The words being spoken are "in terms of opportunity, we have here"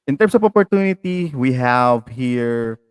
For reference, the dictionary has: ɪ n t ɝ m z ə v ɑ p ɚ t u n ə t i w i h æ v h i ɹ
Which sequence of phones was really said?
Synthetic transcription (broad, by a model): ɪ n t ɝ m s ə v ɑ p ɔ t u n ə t i w i h æ v h i ɹ